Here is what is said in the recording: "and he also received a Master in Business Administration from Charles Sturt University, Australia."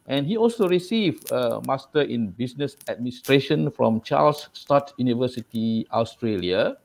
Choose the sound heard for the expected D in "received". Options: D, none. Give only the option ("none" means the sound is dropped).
none